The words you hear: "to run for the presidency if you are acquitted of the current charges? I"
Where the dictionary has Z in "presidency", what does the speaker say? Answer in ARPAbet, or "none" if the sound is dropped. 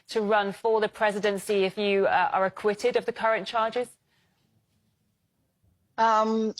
Z